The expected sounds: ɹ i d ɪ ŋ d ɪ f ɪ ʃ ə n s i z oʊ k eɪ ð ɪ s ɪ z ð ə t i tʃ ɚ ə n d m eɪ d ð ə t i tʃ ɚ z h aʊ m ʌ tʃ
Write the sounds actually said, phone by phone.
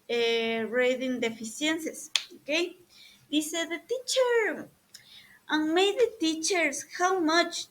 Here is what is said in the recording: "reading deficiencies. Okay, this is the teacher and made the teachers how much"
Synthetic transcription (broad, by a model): ɹ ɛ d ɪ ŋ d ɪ f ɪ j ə n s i s oʊ k eɪ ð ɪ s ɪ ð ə t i tʃ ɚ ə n m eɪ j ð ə t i tʃ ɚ s h aʊ m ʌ tʃ